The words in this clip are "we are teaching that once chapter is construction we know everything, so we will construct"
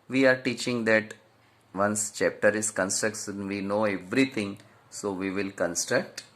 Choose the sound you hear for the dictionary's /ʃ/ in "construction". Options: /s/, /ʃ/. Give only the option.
/s/